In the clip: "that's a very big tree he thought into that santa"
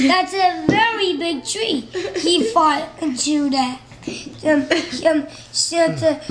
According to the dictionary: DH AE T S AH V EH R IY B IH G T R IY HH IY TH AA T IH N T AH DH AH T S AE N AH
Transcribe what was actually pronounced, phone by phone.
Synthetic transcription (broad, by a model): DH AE T S AH V EH R IY B IH G T R IY HH IY F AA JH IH T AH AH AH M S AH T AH